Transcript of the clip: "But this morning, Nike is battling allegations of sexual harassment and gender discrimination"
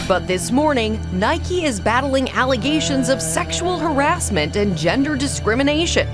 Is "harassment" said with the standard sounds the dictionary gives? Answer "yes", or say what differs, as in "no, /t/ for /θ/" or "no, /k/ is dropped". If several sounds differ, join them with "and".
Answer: yes